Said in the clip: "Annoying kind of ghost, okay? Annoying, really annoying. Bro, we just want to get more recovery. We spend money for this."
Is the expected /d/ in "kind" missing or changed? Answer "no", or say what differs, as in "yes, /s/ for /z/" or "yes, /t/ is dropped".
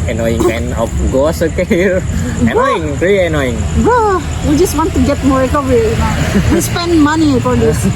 yes, /d/ is dropped